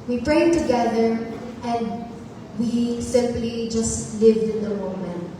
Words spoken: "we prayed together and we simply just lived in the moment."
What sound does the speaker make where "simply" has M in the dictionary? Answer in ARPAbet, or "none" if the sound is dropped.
M